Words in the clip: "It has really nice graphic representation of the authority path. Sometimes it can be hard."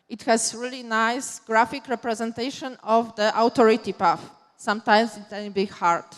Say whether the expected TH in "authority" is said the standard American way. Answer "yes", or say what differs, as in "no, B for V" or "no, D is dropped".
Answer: no, T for TH